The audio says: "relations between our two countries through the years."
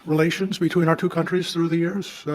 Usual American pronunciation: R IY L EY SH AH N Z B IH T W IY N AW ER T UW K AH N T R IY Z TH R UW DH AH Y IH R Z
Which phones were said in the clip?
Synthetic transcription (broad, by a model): R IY L EY SH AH N Z B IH T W IY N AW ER T UW K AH N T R IY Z TH R UW DH AH Y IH R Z